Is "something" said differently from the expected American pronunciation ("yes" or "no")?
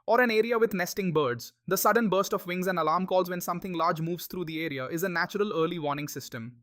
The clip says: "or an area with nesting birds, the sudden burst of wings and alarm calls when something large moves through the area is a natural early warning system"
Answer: yes